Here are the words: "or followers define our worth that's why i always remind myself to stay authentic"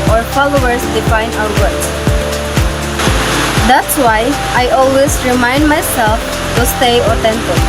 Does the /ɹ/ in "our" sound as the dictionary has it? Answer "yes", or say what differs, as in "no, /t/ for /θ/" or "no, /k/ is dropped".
no, /w/ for /ɹ/